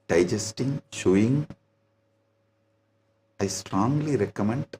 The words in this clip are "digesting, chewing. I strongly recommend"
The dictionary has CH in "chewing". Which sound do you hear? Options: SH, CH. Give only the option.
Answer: SH